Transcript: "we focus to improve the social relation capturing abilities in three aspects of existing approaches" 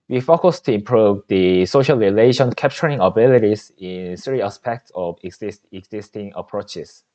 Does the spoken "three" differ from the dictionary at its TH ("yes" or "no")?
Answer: yes